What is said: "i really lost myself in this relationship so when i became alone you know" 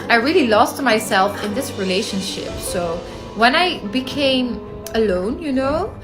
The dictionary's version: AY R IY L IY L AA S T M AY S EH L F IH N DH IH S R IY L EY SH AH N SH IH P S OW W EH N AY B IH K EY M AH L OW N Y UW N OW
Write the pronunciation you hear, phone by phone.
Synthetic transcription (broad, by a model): AY R IY L IY L AA S T M AY S EH L F IH N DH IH S R IY L EY SH AH N SH IH P S OW W EH N AY B IH K EY M AH L OW N Y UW N OW